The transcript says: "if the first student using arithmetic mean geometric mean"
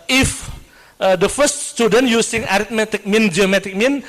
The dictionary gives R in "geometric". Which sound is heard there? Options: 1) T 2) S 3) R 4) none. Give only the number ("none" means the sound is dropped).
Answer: 4